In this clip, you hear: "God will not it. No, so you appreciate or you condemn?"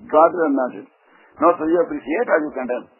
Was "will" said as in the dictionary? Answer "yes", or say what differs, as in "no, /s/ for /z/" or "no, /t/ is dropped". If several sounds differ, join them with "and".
no, /n/ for /l/